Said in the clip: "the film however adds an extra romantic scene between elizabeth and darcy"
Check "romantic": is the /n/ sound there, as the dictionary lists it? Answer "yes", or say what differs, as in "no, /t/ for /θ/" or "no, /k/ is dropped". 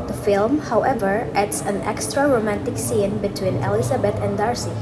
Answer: yes